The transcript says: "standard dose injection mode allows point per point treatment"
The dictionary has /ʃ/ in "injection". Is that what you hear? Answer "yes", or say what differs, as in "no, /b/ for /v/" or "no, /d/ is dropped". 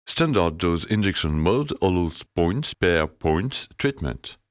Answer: no, /s/ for /ʃ/